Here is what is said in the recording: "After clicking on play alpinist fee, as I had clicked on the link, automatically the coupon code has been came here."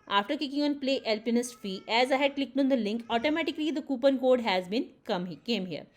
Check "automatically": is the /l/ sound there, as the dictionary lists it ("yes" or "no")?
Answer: yes